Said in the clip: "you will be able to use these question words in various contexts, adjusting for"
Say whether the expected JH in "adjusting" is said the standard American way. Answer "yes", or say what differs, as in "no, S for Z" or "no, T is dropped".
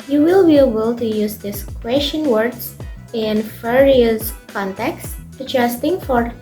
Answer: no, CH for JH